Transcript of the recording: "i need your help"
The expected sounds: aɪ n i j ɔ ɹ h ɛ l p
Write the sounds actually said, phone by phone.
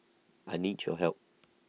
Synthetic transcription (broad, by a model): aɪ n i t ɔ h ɛ l p